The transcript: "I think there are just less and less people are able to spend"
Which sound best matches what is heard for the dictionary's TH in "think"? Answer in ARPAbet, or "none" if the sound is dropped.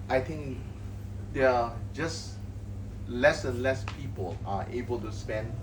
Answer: T